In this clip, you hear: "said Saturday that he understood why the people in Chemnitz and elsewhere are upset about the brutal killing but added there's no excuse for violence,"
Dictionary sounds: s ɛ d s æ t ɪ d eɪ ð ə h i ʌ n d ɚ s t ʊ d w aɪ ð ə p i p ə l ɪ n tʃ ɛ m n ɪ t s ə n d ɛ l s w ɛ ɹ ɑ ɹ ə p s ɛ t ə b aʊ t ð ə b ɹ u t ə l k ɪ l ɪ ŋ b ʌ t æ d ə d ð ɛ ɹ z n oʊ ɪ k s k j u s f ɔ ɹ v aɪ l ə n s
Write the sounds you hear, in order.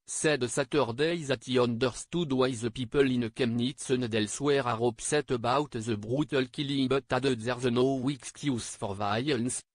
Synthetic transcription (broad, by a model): s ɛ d s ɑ t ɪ d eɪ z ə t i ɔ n d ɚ s t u d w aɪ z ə p i p ə l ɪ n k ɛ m n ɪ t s ə n d ɛ l s w ɛ ɹ ɑ ɹ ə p s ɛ t ə b aʊ t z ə b ɹ u t ə l k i l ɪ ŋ b ʌ t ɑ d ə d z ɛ ɹ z n oʊ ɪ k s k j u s f ɔ ɹ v aɪ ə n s